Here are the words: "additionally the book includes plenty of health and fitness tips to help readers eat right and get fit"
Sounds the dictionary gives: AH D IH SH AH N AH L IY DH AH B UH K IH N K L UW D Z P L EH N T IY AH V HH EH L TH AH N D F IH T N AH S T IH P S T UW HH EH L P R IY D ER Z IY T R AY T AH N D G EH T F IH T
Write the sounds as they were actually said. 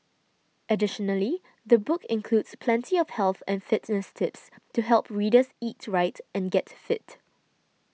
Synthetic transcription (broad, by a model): AH D IH SH AH N AH L IY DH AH B UH K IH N K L UW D S P L EH N T IY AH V HH EH L TH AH N F IH T N AH S T IH P S T UW HH EH L P R IY D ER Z IY T R AY T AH N G EH T F IH T